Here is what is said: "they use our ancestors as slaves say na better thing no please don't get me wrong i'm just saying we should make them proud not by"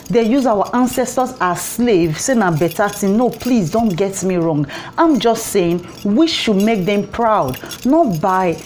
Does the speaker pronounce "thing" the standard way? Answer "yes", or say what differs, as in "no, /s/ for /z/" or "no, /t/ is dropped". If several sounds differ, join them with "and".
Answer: no, /t/ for /θ/